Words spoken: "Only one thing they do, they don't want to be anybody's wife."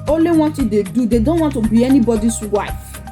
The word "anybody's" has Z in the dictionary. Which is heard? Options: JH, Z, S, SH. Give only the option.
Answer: S